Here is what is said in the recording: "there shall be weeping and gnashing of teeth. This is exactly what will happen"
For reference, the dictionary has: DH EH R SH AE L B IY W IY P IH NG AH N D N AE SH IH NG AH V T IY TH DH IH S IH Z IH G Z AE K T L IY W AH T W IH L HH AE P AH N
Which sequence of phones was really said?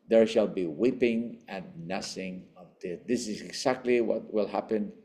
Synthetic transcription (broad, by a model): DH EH R SH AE L B IY W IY P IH NG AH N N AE S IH NG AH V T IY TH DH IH S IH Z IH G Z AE K T L IY W AH T W IH L HH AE P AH N